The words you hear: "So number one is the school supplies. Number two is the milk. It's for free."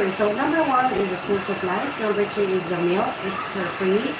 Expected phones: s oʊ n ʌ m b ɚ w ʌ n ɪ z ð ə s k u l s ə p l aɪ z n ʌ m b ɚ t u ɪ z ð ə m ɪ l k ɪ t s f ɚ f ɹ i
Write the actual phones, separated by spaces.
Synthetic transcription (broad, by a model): s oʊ n ʌ m b ɚ w ʌ n ɪ z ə s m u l s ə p l aɪ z n ʌ m b ɚ t u ɪ z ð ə m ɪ l ɪ t s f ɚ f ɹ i